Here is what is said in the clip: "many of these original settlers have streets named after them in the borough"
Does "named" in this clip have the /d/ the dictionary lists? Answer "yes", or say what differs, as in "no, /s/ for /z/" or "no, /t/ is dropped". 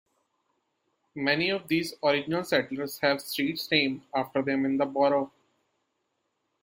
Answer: no, /d/ is dropped